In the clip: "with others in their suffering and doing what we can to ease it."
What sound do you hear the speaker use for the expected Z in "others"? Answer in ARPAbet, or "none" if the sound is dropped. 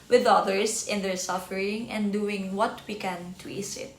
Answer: S